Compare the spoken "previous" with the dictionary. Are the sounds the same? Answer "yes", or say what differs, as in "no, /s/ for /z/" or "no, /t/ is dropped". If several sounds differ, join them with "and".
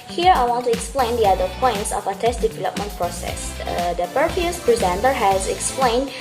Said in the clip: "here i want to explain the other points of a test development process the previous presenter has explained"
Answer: no, /ɹ/ is dropped